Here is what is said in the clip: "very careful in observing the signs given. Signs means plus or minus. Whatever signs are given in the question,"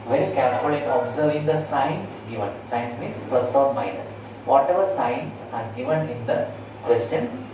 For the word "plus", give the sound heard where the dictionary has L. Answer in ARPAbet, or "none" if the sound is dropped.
none